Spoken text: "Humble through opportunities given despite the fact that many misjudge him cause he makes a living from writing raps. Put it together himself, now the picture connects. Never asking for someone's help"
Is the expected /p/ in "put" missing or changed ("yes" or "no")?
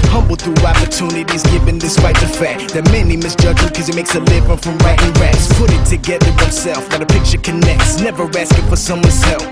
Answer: no